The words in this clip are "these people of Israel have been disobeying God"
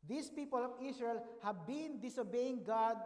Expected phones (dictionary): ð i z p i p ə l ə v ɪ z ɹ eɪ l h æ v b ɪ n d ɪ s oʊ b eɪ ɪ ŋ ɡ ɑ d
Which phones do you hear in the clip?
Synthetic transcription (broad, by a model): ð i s p i p ə l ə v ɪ s ɹ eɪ l h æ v b ɪ n d ɪ s oʊ b eɪ ɪ ŋ ɡ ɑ d